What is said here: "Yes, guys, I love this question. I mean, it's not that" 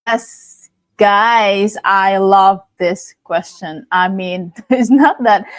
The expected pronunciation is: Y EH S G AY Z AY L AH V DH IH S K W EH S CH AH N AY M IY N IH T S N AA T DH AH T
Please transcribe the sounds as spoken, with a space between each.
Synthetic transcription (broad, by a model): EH S G AY Z AY L AH V DH IH S K W EH S CH AH N AY M IY N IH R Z N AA T DH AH T